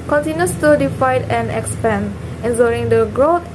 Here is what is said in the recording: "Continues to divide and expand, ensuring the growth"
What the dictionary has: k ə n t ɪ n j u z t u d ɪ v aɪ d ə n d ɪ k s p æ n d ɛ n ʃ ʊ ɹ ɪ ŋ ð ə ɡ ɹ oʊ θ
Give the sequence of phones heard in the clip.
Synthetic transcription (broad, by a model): k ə n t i n j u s t u d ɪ f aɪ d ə n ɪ k s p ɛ n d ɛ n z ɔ ɹ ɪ ŋ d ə ɡ ɹ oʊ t